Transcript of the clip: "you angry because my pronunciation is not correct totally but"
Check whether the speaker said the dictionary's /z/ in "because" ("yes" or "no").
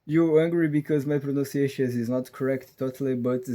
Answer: yes